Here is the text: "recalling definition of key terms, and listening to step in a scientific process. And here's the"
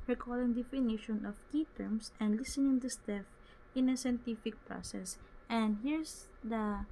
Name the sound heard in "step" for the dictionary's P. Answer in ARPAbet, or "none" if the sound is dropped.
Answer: F